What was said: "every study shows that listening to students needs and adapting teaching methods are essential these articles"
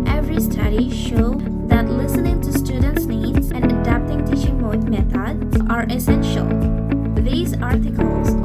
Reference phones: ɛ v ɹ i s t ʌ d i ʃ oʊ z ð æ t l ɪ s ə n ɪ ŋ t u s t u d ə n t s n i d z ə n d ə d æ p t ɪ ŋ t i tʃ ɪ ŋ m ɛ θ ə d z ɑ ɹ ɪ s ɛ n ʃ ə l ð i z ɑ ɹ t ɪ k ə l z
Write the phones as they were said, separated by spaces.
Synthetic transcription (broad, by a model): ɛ v ɹ i s t ʌ d i ʃ oʊ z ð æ t l ɪ s ə n ɪ ŋ t u s t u d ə n t s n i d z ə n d ə d æ p t ɪ ŋ t i tʃ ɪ ŋ m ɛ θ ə d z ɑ ɹ ɪ s ɛ n ʃ ə l ð i z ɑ ɹ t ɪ k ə l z